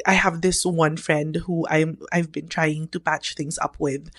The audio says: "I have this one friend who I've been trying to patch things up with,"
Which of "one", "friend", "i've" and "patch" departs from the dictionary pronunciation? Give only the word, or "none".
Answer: none